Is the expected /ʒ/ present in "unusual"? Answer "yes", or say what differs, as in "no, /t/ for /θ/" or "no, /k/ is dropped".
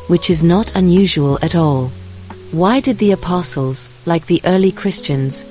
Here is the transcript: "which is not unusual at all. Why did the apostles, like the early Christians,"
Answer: yes